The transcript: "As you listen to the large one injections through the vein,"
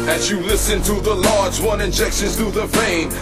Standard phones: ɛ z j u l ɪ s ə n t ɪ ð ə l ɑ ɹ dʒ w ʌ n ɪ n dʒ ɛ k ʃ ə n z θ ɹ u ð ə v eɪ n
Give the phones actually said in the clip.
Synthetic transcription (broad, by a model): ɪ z j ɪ l ɪ s ə n t ɪ ð ə l ɑ ɹ dʒ w ʌ n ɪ n dʒ ɛ k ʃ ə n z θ u ð ə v eɪ n